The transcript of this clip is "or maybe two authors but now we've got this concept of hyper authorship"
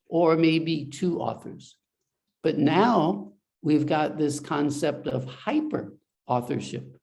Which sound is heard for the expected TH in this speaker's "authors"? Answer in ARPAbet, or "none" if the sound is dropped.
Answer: TH